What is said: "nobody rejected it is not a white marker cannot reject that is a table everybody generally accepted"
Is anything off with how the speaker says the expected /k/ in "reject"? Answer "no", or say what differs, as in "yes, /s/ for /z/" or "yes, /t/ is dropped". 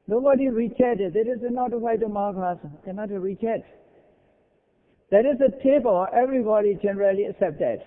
yes, /k/ is dropped